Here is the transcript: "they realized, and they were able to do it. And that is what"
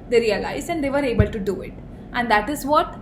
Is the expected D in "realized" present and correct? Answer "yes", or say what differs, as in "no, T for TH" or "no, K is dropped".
no, D is dropped